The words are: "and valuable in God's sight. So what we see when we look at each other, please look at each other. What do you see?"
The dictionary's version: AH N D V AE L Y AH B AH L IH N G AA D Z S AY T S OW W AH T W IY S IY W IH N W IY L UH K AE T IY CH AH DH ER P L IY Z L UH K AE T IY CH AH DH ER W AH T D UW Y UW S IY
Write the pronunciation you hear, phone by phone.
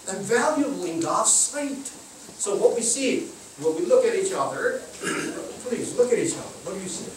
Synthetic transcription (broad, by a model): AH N V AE L Y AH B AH L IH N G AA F S AY T S OW W AH T W IY S IY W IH L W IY L UH K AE T IY CH AH DH ER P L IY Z L UH K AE T IY CH AH DH ER W AH T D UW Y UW S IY